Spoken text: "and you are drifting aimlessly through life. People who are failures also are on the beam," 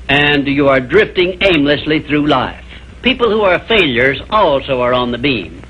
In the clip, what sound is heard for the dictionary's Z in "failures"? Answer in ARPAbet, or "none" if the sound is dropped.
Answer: Z